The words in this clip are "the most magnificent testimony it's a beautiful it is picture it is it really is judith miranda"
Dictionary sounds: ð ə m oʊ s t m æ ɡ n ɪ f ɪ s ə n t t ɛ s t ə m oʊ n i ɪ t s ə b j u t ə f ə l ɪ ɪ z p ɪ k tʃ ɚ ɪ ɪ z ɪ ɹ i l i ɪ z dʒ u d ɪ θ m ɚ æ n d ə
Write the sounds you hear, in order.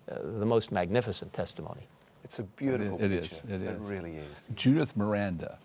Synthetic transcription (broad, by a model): ð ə m oʊ s t m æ ɡ n ɪ f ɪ s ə n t t ɛ s t ə m oʊ n i ɪ t s ə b j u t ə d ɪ ɪ z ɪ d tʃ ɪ ɪ z ɪ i l i ɪ z dʒ u d ɪ θ m ɚ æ n d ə